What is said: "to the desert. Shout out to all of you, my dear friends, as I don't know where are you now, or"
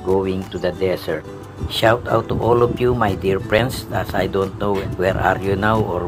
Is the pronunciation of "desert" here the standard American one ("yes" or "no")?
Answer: no